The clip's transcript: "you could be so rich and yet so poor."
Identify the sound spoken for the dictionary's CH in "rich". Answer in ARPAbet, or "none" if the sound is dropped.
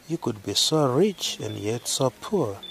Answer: CH